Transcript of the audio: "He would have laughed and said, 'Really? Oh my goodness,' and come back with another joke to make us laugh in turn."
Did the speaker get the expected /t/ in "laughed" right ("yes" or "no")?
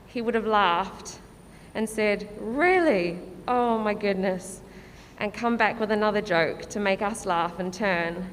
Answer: yes